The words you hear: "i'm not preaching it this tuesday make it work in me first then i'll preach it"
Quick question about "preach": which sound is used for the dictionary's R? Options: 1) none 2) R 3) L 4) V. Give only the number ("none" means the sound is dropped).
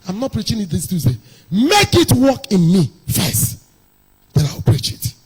2